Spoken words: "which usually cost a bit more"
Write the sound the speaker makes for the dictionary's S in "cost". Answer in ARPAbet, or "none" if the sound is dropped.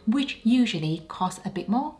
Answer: S